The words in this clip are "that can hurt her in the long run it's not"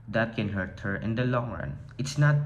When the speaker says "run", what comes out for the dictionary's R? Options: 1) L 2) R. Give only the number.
2